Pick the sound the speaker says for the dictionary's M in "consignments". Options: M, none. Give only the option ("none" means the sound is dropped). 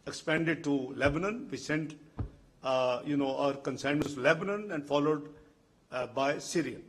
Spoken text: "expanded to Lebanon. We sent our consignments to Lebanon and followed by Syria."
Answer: none